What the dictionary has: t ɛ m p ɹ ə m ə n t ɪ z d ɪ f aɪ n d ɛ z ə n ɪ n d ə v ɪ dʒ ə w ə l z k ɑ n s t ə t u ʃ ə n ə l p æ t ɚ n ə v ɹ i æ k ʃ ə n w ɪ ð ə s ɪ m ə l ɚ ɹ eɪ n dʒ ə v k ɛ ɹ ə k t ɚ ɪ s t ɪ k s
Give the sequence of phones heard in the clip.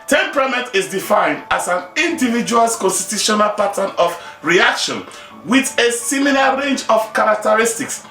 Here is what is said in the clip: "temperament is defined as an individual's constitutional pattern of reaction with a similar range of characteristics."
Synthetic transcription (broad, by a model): t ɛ m p ɹ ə m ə n t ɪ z d ɪ f aɪ n d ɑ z ə n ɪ n d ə v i dʒ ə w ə l k ɑ n s t ə t u ʃ ə n ə l p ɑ t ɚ n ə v ɹ i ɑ k ʃ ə n w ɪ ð ə s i m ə l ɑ ɹ eɪ n dʒ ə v k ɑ ɹ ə k t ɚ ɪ s t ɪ k s